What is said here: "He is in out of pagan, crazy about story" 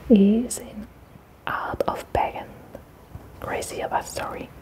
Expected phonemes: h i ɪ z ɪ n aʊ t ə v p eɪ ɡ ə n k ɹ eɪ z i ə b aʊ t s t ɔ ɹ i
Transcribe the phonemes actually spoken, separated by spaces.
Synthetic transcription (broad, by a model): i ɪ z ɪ n aʊ t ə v b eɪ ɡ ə n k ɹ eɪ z i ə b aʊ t s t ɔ ɹ i